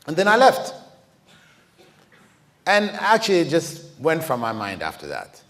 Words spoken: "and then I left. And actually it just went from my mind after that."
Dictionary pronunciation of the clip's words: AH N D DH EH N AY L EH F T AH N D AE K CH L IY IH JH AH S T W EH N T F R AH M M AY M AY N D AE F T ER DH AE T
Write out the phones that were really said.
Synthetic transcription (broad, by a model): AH N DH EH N AY L EH F T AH N AE K CH L IY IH JH AH S T W EH N T F R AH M M AY M AY N D AE F T ER DH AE T